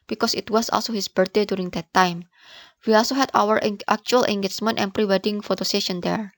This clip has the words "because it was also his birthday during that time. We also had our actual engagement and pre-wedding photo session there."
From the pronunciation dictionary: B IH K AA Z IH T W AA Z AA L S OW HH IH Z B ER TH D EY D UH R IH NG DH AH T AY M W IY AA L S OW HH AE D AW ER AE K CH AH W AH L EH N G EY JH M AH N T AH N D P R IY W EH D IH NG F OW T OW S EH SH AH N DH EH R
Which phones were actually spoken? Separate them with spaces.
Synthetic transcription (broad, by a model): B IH K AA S IH T W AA S AA L S OW HH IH S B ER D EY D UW R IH NG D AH T AY M W IY AA L S OW HH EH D AW ER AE K CH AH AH L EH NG G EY CH M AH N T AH N P R IY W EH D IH NG F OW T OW S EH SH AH N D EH R